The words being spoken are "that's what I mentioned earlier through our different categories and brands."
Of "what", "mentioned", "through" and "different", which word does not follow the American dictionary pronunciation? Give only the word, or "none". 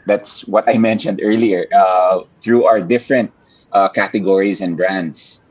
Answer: none